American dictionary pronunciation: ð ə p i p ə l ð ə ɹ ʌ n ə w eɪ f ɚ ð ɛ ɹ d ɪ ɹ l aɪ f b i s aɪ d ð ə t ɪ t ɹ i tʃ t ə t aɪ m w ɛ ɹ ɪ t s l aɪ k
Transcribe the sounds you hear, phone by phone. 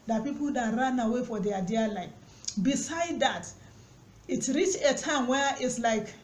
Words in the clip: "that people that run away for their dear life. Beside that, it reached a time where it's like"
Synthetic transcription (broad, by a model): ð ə p i p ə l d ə ɹ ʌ n ə w eɪ f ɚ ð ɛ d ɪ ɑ l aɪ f b i s aɪ d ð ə t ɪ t ɹ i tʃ ə t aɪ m w ɛ ɹ ɪ t s l aɪ k